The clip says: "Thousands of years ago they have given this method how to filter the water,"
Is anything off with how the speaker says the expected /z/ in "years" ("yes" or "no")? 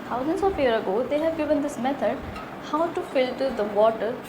yes